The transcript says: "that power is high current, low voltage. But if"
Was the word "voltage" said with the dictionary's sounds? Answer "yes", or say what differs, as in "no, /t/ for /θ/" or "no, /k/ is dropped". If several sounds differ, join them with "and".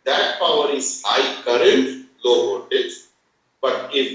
no, /l/ is dropped